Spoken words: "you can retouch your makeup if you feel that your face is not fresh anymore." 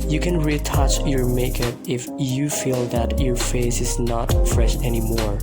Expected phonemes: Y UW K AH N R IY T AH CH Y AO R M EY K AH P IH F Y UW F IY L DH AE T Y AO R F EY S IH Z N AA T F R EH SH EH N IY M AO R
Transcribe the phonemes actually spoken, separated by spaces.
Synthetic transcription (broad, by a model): Y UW K AH N R IY T AH CH Y AO R M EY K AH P IH F Y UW F IY L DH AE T Y AO R F EY S IH Z N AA T F R EH SH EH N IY M AO R